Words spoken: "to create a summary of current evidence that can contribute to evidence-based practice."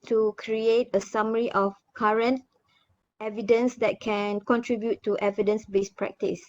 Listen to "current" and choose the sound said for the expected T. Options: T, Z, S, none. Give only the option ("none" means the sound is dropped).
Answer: T